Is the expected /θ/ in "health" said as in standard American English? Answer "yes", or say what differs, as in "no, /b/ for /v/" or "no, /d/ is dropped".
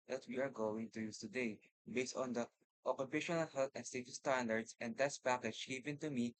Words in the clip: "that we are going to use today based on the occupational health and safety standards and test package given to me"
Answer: no, /t/ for /θ/